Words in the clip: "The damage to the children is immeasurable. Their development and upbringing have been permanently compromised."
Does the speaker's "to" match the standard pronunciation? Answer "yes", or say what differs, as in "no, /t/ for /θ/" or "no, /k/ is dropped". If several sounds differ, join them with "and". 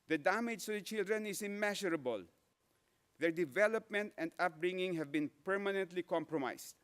no, /s/ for /t/